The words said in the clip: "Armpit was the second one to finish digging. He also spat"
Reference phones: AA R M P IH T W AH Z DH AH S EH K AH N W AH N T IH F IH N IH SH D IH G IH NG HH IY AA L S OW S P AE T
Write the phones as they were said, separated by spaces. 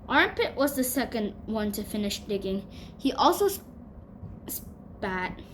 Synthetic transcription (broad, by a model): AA R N P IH T W AH Z DH AH S EH K AH N W AH N T IH F IH N IH SH D IH G IH NG HH IY AA L S OW S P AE T